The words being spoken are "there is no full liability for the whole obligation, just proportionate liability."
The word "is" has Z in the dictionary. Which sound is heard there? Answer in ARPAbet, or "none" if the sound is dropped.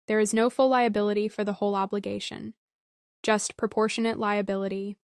Z